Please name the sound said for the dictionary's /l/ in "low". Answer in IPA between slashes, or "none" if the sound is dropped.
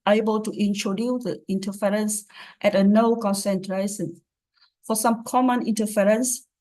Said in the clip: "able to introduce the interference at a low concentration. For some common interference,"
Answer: /n/